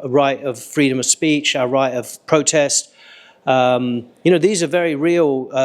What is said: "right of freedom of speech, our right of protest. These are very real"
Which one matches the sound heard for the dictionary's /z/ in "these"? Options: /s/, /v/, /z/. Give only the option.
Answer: /z/